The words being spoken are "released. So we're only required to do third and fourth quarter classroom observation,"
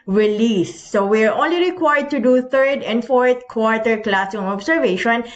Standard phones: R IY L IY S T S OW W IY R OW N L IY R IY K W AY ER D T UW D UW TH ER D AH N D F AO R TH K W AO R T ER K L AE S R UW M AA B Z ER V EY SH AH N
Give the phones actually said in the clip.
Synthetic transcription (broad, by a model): R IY L IY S S OW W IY R OW N L IY R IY K W AY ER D T UW D UW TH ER D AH N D F AO R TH K W AO R T ER K L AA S UW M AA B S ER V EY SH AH N